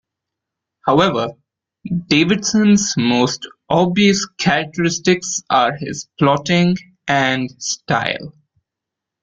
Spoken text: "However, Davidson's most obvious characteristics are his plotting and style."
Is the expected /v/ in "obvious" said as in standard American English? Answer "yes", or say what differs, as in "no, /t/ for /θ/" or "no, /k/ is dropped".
no, /v/ is dropped